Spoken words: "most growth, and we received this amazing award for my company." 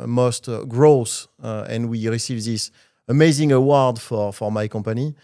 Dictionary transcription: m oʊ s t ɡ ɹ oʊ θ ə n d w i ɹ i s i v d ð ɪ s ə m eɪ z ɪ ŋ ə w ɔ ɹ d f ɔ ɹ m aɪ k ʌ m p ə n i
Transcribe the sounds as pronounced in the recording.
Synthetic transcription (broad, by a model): m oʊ s t ɡ ɹ oʊ s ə n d w i ɹ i s i v ð ɪ s ə m eɪ z ɪ ŋ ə w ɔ ɹ d f ɔ ɹ m aɪ k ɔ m p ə n i